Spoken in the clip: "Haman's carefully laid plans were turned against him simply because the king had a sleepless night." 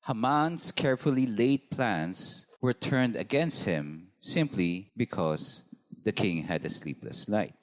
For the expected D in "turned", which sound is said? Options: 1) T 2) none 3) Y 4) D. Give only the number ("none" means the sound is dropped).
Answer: 4